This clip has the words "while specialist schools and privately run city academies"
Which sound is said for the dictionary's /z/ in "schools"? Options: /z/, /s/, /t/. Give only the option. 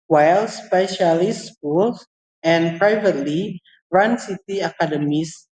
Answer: /s/